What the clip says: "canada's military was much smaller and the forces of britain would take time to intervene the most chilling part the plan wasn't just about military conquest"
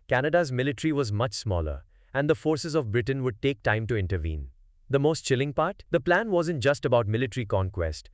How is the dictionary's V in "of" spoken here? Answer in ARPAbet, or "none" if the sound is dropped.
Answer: V